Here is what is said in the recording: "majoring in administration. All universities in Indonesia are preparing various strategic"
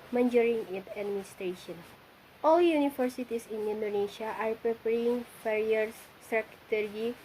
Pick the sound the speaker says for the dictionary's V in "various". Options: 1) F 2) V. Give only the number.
1